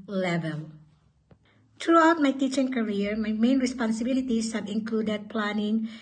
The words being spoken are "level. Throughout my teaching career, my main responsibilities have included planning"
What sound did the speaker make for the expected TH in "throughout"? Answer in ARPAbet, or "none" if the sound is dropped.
T